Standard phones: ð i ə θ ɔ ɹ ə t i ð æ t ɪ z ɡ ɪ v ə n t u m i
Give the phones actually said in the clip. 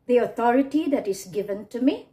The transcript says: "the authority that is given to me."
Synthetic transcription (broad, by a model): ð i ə t ɔ ɹ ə t i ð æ t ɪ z ɡ ɪ v ə n t u m i